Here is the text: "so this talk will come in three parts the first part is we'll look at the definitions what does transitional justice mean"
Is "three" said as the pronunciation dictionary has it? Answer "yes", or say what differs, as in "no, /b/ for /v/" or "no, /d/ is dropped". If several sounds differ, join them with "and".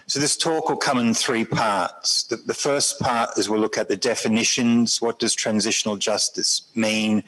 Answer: yes